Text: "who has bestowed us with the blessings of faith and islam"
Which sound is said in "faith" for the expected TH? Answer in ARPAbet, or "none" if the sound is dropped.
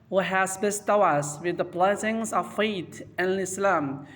T